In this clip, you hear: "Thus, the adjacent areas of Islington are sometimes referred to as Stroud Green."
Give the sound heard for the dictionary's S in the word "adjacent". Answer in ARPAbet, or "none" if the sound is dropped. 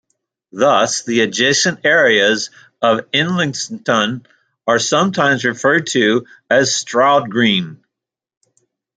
SH